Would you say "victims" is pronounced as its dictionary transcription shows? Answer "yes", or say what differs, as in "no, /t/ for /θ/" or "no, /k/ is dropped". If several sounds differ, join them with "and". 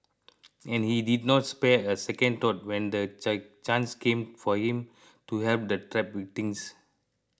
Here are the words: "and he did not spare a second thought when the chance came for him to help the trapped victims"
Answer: no, /k/ is dropped